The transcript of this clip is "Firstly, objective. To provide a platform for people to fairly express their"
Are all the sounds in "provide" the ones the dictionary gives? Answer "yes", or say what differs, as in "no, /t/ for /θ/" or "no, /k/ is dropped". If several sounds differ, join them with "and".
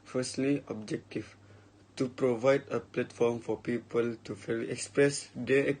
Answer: yes